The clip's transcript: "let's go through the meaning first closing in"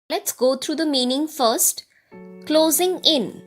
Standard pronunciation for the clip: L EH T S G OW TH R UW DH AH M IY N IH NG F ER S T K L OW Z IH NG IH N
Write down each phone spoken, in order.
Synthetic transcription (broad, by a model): L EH T S G OW T R UW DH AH M IY N IH NG F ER S T K L OW Z IH NG IH N